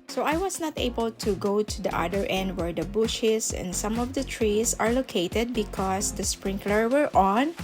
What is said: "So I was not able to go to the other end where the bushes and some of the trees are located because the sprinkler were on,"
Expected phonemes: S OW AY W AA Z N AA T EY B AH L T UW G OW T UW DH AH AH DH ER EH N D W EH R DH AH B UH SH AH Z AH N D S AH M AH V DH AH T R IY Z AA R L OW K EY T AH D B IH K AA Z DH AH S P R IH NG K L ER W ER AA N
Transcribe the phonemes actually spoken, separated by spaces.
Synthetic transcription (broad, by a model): S OW AY W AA S N AA T EY B AH L T UW G OW T UW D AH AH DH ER EH N D W EH R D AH B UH SH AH S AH N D S AH M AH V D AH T R IY S AA R L OW K EY T AH D B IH K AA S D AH S P R IH NG K L ER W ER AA N